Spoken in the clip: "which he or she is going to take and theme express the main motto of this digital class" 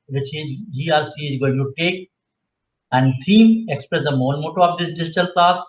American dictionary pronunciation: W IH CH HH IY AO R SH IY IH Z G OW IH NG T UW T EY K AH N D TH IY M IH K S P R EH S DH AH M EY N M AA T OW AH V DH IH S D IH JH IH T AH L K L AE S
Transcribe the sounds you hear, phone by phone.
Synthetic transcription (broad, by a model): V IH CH HH IY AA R S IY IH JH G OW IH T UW T EY K AH N D T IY M IH K S P R EH S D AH M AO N M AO T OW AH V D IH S D IH JH IH T AH L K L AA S